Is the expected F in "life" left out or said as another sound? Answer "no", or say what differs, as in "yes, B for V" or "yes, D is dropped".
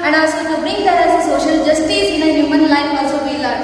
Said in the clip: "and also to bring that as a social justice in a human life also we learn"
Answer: yes, P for F